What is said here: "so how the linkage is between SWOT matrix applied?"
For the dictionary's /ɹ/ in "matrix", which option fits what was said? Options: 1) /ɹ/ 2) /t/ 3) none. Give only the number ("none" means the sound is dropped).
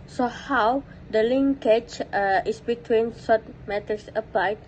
3